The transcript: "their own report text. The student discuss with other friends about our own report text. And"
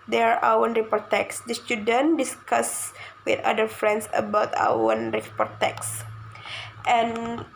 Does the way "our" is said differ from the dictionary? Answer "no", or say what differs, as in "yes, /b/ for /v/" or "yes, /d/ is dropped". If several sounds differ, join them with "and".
yes, /w/ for /ɹ/